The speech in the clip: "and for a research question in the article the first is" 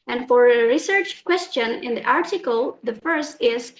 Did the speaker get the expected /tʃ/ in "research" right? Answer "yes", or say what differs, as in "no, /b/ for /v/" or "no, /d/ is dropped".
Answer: yes